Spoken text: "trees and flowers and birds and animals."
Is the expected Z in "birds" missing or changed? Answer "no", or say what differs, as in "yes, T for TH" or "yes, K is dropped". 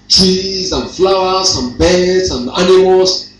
yes, S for Z